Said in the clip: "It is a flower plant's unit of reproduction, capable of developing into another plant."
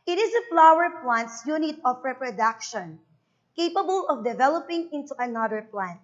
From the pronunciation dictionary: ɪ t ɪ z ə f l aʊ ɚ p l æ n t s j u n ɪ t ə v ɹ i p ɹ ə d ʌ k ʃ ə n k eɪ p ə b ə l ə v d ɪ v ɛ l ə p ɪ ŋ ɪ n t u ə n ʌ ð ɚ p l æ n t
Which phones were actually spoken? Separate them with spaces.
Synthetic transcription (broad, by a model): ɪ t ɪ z ə f l aʊ ɚ p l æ n t s j u n ɪ t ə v ɹ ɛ p ɹ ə d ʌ k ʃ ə n k eɪ p ə b ə l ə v d ɪ v ɛ l ə p ɪ ŋ ɪ n t u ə n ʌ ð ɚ p l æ n t